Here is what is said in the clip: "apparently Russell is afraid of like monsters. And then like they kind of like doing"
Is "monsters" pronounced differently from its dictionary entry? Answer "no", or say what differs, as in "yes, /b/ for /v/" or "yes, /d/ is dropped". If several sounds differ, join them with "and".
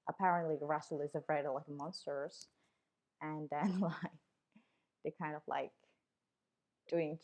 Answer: no